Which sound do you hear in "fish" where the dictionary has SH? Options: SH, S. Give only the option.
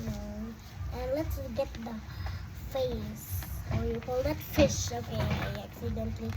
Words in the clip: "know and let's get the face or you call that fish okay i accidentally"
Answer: SH